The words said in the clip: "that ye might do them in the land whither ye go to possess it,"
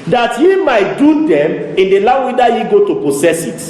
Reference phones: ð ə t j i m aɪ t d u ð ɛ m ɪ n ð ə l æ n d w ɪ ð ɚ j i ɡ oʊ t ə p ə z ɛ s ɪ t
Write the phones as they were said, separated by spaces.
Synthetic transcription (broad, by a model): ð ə t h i m aɪ t d u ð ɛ m ɪ n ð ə l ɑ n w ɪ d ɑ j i ɡ oʊ t ə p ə s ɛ s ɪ t